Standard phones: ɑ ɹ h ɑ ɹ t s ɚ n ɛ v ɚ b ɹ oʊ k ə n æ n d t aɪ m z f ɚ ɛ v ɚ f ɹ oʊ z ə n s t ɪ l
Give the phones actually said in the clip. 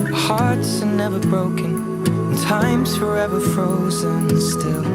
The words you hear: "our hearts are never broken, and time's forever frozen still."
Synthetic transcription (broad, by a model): h ɑ ɹ t s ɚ n ɛ v ɚ b ɹ oʊ k ə n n t aɪ m z f ɚ ɛ v ɚ f ɹ oʊ z ə n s t ɪ l